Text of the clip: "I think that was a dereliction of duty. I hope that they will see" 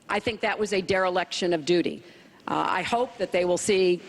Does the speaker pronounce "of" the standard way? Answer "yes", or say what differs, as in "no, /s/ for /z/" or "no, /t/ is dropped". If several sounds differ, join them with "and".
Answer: yes